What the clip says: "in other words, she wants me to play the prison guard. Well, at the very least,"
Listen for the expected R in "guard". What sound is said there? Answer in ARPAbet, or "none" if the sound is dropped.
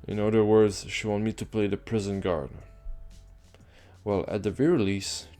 R